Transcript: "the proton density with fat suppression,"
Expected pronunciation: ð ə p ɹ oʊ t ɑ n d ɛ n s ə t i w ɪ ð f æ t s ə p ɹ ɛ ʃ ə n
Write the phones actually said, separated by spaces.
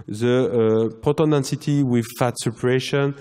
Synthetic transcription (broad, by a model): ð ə p oʊ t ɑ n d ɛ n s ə t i w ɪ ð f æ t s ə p ɹ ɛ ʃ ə n